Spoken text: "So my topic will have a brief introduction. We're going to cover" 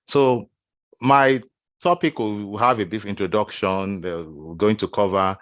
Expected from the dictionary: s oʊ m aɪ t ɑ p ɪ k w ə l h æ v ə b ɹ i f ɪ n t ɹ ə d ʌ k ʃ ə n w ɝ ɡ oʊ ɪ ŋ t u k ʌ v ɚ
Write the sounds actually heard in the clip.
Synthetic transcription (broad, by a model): s oʊ m aɪ t ɑ p ɪ k w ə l h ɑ v ə b i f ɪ n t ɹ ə d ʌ k ʃ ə n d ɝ ɡ oʊ ɪ ŋ t u k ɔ v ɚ